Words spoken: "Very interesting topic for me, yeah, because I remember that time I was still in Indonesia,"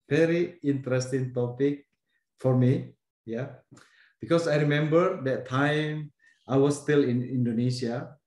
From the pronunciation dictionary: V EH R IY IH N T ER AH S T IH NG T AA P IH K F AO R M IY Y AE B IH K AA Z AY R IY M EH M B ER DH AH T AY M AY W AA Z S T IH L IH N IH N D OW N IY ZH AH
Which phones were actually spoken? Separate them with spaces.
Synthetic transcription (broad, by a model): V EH R IY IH N T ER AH S T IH NG T AA P IH K F AO R M IY Y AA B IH K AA S AY R IY M EH M B ER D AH T AY M AY W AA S T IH L IH N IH N D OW N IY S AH